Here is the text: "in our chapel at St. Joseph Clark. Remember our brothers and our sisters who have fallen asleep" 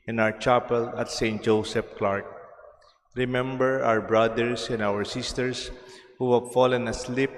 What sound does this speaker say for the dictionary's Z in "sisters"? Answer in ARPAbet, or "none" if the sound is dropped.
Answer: S